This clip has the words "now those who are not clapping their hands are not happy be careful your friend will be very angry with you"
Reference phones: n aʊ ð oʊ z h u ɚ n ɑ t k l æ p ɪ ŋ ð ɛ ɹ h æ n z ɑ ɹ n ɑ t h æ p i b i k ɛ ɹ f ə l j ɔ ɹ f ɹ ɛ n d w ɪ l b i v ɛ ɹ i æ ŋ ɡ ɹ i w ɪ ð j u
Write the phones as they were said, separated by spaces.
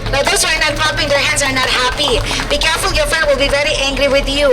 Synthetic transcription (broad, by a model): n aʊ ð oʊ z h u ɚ n ɑ t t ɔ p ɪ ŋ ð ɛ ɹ h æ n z ɑ ɹ n ɑ t h æ p i b i k ɛ ɹ f ə l j ɔ ɹ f ɛ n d w ɪ l b i v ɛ ɹ i æ ŋ ɡ ɹ i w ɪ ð j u